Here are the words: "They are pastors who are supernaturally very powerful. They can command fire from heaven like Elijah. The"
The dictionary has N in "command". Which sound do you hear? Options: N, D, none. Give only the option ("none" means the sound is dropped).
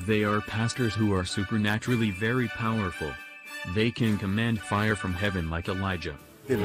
N